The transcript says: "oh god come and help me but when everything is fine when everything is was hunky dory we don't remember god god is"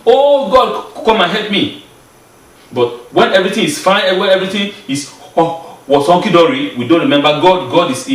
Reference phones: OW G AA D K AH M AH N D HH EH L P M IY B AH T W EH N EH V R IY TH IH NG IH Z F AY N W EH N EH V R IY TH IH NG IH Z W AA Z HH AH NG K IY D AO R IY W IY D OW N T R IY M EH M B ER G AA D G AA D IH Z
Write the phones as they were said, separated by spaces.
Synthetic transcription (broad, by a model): OW G AA D K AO M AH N HH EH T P M IY B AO T W EH N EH V R IY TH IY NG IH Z F AY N W EH N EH V R IY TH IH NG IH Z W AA S HH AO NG K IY D AO R IY W IY D OW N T R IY M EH M B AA G AA D G AA D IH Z